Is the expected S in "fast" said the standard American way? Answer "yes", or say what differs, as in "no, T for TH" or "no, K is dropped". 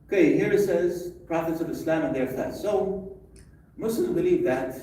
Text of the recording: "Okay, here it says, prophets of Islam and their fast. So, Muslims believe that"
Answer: no, S is dropped